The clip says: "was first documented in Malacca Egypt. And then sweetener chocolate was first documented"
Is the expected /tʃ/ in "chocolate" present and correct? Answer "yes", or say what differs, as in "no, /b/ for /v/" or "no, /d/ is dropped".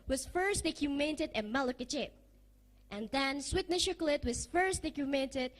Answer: no, /ʃ/ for /tʃ/